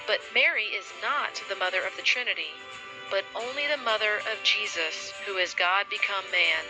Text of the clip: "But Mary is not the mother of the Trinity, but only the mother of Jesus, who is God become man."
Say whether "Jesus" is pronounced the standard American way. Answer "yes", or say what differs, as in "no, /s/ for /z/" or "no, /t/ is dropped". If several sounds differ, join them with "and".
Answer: yes